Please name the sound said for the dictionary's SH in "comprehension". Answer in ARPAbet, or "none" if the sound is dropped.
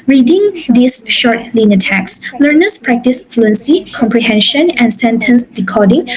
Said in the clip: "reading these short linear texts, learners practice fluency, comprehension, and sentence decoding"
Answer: SH